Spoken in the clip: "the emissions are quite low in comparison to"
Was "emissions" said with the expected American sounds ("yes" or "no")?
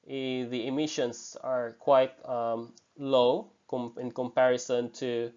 no